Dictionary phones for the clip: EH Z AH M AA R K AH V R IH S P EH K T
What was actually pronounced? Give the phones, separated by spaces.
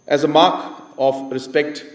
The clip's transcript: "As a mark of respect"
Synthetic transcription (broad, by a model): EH Z AH M AA R K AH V R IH S P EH K T